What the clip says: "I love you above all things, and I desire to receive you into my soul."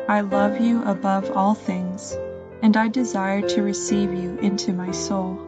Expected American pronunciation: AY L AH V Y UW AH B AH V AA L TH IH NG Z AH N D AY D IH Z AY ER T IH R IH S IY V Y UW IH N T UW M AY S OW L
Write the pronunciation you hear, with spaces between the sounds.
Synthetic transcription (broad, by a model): AY L AH V Y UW AH B AH V AA L TH IH NG Z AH N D AY D IH Z AY ER T IH R IH S IY V Y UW IH N T UW M AY S OW L